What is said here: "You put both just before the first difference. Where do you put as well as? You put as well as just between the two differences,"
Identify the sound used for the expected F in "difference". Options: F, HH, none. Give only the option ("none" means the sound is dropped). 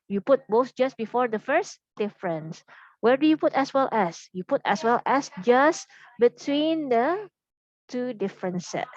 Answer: F